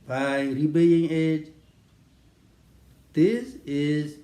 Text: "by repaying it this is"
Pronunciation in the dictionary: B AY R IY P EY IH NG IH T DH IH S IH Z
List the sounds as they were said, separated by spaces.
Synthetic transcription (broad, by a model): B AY R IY B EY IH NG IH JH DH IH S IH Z